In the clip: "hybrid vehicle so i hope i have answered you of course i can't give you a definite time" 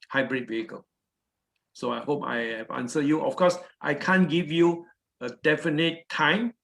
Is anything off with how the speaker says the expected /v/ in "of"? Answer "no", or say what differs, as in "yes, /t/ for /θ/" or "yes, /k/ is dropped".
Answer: yes, /f/ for /v/